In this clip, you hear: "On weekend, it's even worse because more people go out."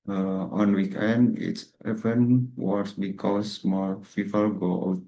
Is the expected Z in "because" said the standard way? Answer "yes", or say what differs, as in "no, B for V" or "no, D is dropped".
no, S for Z